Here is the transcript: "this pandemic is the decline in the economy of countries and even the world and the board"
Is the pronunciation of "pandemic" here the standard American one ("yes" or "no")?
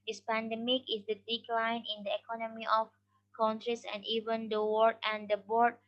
yes